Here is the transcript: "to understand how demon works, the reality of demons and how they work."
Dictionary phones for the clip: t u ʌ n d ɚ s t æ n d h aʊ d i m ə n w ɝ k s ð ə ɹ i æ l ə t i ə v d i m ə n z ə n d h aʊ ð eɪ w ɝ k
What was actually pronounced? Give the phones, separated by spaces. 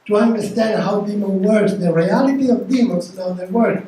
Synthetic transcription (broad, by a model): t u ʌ n d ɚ s t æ n d h aʊ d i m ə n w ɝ s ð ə ɹ i æ l ə t i ə v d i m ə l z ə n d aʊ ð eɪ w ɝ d